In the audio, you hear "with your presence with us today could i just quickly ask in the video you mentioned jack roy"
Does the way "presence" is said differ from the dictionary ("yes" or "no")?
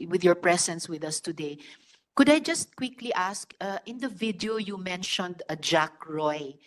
yes